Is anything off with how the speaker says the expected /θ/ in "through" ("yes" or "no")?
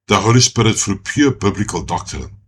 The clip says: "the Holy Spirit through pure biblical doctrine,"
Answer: yes